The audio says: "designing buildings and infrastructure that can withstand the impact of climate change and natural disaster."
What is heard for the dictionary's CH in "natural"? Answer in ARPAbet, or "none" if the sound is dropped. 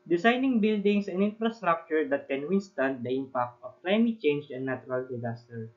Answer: none